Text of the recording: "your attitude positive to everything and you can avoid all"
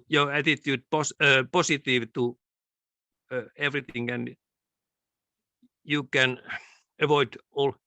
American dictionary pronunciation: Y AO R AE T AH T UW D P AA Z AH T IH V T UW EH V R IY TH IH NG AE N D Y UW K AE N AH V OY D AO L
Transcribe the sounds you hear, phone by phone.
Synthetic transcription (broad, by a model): Y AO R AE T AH T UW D P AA S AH T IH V T UW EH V R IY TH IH NG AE N Y UW K AE N AH V OY D AO L